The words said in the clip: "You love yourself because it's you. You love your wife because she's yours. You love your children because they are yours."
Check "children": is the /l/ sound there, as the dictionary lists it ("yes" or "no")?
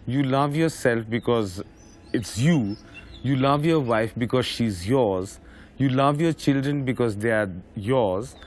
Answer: yes